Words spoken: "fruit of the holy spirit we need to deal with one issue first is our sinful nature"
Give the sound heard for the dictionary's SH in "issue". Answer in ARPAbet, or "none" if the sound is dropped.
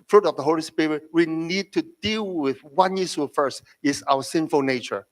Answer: S